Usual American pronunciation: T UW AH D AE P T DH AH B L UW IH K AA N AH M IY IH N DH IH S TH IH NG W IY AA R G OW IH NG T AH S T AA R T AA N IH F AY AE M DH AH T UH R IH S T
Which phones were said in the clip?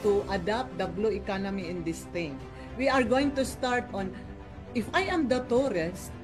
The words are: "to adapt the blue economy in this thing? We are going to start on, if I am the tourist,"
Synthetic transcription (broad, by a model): T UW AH D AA P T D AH B L UW IH K AA N AH M IY IH N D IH S T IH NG W IY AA R G OW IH NG T AH S T AA R T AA N IH F AY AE M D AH T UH R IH S T